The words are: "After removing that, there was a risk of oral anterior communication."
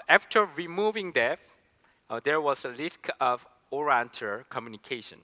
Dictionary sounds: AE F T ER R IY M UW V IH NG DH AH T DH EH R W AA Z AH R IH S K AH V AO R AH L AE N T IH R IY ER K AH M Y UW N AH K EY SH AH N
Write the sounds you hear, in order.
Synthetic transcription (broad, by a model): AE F T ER R IY M UW V IH NG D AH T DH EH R W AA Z AH L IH S K AH V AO R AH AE N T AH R K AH M Y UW N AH K EY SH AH N